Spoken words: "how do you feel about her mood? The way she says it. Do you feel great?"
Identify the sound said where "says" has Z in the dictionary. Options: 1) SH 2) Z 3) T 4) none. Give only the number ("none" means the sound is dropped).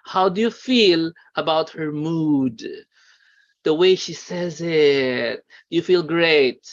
2